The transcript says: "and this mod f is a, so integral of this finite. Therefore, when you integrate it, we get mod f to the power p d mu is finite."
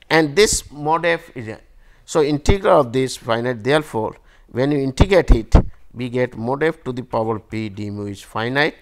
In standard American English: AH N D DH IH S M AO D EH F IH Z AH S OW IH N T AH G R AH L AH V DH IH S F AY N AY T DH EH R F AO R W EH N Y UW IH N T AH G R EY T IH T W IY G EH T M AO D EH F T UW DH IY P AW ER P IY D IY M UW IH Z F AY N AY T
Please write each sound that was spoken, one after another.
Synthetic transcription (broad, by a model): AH N D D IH S M AO D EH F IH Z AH S OW IH N T AH G R AH L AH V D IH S F AY N AY T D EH R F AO R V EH N Y UW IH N T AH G EY T IH T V IY G EH T M AO D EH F T UW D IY P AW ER P IY D IY M UW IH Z F AY N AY T